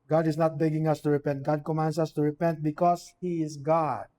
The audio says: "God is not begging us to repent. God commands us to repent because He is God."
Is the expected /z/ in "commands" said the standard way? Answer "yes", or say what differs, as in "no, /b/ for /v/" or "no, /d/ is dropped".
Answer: no, /s/ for /z/